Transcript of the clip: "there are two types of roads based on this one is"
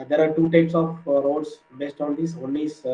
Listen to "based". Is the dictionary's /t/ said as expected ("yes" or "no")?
yes